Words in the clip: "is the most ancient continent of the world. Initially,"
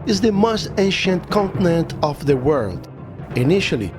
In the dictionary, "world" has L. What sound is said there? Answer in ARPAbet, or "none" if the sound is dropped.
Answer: L